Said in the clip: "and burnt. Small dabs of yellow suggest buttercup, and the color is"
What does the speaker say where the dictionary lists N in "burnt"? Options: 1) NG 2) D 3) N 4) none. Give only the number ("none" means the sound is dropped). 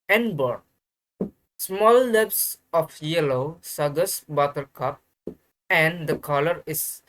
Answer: 4